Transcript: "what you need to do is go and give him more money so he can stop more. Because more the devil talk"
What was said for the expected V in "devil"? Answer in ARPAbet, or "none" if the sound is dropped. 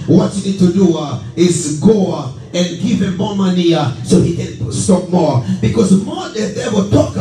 W